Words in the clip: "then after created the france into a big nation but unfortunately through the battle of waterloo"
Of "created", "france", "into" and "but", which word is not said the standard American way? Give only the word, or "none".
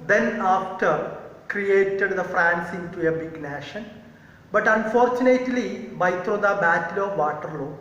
none